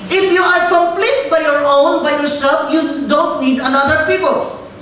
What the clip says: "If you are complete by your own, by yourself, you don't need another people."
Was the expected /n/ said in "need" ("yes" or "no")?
yes